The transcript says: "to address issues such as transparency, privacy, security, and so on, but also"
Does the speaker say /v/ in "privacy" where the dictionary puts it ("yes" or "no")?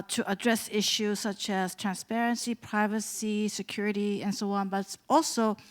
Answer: yes